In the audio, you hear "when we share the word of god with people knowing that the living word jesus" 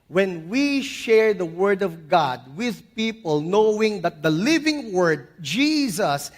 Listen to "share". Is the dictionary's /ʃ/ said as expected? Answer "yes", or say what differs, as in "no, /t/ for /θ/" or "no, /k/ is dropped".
yes